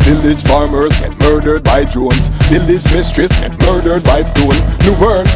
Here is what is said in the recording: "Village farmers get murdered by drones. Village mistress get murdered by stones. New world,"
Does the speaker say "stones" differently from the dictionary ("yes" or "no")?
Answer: yes